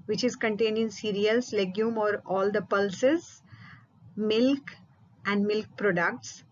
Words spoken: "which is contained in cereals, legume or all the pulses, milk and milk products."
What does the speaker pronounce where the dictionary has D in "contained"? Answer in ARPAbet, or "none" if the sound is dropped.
none